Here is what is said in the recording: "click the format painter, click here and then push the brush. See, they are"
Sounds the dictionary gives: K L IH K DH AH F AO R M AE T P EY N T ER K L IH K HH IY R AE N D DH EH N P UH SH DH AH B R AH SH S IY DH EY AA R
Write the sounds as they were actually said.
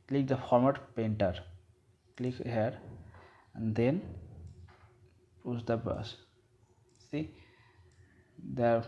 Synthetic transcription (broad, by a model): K L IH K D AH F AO R M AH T P EY N T ER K L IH K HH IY R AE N D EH N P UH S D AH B AH S S IY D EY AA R